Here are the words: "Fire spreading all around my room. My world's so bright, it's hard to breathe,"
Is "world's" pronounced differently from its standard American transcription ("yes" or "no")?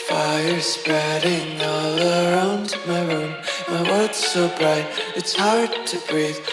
yes